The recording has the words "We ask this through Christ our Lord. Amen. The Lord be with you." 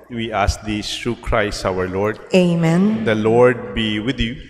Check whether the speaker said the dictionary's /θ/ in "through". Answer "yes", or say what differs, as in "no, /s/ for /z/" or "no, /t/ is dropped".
no, /t/ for /θ/